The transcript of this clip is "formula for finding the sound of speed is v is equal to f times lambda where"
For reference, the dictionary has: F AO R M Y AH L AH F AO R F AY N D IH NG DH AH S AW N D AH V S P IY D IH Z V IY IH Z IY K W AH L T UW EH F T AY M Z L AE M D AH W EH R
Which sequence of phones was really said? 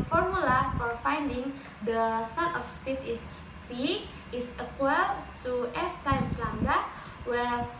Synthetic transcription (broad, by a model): F AO R M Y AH L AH F AO R F AY N D IH NG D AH S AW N AH F S P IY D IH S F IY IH S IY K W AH L T UW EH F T AY M S L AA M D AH W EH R